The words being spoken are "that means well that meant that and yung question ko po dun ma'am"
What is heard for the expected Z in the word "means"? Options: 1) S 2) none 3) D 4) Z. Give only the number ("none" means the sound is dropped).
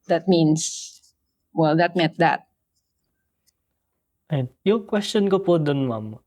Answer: 1